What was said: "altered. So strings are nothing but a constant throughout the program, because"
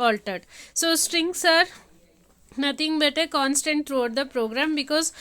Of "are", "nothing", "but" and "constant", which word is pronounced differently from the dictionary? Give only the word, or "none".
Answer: nothing